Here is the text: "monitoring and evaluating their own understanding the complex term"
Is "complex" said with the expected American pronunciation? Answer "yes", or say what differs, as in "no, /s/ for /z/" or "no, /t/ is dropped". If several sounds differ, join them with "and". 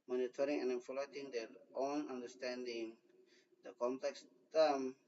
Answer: yes